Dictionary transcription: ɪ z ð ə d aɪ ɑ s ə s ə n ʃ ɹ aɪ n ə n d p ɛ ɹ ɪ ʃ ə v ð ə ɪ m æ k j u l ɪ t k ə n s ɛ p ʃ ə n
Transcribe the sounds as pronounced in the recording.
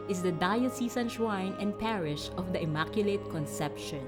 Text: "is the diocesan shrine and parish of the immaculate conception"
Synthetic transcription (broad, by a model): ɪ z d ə d aɪ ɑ s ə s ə n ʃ w aɪ n ə n d p ɛ ɹ ɪ ʃ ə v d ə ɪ m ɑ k j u l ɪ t k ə n s ɛ p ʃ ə n